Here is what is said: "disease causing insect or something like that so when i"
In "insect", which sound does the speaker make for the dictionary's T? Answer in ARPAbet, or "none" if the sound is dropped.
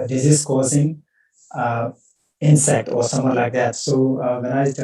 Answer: T